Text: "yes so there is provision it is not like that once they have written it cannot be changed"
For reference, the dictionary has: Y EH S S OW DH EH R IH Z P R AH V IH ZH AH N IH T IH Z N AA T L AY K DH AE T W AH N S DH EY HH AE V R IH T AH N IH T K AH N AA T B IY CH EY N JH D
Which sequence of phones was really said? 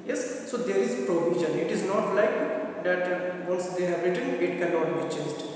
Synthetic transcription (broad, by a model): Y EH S S OW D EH R IH Z P R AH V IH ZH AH N IH T IH Z N AA T L AY K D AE T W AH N S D EY HH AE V R IH T AH N IH T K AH L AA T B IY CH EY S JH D